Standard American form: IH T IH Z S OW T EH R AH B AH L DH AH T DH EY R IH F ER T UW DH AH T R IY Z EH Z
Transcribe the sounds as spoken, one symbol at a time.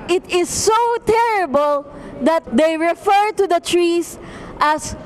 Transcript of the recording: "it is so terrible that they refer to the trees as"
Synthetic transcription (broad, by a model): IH T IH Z S OW T EH R AH B AH L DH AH T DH EY R IH F ER T UW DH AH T R IY S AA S